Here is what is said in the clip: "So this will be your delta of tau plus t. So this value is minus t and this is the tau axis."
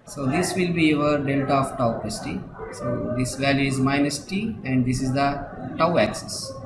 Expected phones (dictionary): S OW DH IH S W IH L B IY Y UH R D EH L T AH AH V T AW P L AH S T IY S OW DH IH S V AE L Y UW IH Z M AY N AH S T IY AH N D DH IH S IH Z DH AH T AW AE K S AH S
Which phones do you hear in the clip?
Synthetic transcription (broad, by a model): S OW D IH S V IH L B IY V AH R D EH L T AH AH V T AW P AH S T IY S OW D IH S V AE L Y UW IH Z M AY N AH S T IY AH N D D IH S IH Z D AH T AW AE K S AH S